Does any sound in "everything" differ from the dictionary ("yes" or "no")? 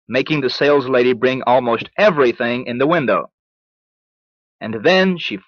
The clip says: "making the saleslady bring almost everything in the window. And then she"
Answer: no